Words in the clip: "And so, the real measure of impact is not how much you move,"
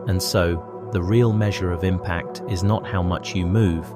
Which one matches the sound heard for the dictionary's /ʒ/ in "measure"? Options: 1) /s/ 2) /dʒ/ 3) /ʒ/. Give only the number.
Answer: 3